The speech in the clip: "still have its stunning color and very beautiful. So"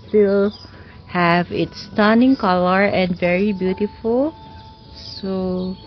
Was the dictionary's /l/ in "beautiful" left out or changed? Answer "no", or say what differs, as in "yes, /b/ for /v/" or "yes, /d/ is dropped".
no